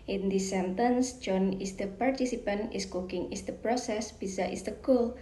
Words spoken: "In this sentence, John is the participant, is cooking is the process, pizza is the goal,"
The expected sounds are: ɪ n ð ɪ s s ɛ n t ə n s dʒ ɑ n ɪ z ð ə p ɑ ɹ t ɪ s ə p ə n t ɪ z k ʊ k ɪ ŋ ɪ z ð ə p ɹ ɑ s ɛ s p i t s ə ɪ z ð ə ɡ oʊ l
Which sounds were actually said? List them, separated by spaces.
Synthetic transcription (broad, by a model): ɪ n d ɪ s s ɛ n t ə n s dʒ ɑ n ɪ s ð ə p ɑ ɹ t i s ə p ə n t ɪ s k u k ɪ ŋ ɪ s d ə p ɹ ɑ s ɛ s b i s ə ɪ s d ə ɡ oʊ l